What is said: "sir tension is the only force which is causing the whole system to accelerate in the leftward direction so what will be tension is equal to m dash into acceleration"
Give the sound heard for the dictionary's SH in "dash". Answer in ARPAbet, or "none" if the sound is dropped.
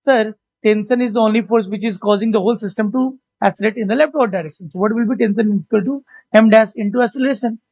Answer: S